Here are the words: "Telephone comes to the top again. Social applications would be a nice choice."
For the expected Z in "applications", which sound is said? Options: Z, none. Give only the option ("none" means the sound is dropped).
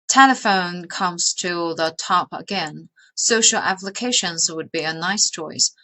Z